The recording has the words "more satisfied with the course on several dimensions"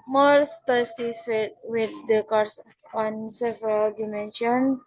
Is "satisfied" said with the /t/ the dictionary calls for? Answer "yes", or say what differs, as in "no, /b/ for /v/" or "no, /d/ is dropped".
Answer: no, /s/ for /t/